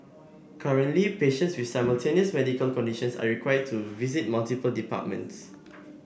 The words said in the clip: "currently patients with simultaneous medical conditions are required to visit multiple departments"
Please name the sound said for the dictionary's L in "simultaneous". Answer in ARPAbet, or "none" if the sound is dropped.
L